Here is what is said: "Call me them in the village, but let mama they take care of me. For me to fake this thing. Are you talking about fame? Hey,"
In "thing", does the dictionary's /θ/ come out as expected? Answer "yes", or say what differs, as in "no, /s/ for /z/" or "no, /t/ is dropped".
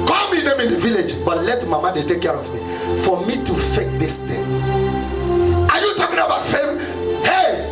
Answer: no, /t/ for /θ/